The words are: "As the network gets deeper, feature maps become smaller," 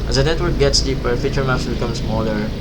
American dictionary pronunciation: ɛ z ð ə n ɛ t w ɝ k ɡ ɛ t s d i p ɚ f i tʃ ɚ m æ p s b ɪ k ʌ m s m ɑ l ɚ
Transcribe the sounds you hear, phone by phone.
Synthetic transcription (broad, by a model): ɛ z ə n ɛ t w ɝ k ɡ ɛ t s d i p ɚ f i tʃ ɚ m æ f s b ɪ k ʌ m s m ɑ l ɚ